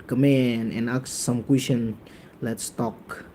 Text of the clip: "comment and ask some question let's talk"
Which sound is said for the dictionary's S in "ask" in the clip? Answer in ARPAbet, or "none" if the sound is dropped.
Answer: none